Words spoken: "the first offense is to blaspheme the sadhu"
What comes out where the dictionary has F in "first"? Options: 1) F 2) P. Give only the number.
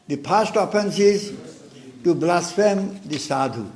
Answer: 2